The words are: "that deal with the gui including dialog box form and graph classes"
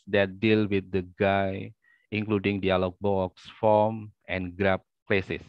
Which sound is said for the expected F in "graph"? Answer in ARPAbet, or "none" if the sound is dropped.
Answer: P